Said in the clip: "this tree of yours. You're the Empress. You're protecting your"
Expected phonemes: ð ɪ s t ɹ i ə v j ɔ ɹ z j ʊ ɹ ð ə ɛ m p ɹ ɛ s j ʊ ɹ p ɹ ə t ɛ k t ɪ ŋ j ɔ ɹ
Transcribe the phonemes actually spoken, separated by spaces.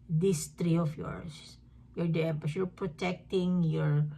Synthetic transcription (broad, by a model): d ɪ s t ɹ i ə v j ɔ ɹ s j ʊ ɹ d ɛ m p ɛ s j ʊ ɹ p ɹ ə t ɛ k t ɪ ŋ j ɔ ɹ